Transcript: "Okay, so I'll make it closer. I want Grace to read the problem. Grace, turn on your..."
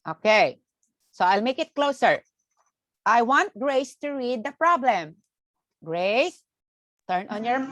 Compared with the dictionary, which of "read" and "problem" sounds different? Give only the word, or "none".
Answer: none